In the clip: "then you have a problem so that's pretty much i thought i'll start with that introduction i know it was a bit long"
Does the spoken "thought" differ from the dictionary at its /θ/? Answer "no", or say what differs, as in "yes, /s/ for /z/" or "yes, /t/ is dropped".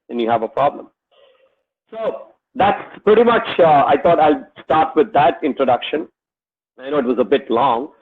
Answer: yes, /t/ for /θ/